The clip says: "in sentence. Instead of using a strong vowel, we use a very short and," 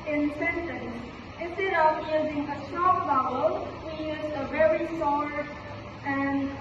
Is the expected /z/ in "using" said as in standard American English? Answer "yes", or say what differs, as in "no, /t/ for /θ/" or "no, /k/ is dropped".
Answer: yes